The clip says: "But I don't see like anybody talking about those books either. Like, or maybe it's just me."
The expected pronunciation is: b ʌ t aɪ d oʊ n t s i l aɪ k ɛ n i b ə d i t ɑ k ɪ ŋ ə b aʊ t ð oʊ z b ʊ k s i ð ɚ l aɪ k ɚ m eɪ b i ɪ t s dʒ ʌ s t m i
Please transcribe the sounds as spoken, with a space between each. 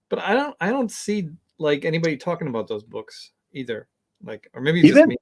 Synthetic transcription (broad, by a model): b ʌ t aɪ d oʊ n t s i l aɪ k ɛ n i b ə d i t ɑ k ɪ ŋ ə b aʊ t ð oʊ z b ʊ k s i ð ɚ l aɪ k ɚ m eɪ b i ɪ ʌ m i